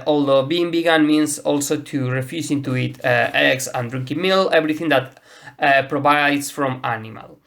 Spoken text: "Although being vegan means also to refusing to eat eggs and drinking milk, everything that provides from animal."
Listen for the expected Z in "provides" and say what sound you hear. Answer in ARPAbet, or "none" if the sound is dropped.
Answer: S